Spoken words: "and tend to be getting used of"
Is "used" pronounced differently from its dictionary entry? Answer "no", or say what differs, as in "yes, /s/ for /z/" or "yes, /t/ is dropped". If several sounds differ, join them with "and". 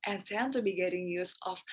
yes, /d/ is dropped